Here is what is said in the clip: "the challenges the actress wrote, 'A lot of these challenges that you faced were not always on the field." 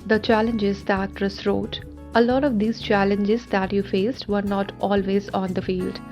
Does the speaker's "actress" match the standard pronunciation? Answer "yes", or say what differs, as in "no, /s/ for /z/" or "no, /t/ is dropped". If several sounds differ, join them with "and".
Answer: no, /k/ is dropped